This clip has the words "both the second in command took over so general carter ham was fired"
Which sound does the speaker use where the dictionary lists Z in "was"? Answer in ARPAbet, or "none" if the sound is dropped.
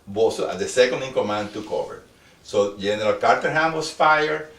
S